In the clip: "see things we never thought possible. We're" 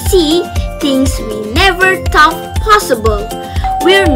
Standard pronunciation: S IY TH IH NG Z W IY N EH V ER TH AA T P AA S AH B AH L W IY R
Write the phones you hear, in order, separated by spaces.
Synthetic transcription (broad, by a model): S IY T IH NG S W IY N EH V ER T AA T P AA S AH B AH L W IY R